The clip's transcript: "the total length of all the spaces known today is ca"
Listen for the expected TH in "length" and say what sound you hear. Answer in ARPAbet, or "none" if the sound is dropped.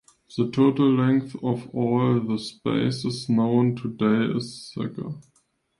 TH